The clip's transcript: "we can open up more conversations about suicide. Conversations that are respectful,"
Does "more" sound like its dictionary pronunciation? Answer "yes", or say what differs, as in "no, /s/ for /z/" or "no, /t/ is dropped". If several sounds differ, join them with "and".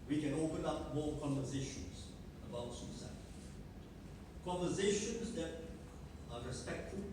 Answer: no, /l/ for /ɹ/